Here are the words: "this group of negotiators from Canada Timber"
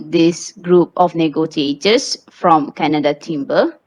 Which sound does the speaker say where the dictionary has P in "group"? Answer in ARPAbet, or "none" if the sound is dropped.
P